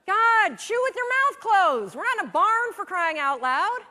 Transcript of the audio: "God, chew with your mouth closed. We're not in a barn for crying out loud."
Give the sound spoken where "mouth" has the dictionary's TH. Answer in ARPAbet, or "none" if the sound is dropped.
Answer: TH